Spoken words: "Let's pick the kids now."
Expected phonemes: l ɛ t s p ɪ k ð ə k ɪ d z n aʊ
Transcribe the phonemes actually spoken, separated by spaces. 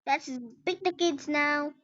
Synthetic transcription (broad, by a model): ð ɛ t s b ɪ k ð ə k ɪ d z n aʊ